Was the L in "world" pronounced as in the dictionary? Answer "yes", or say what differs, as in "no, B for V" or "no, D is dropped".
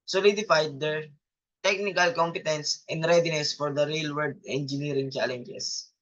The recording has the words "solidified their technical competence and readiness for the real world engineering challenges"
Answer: no, L is dropped